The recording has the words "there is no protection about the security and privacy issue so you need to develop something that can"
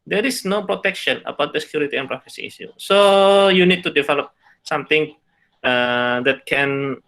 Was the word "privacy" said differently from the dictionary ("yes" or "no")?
yes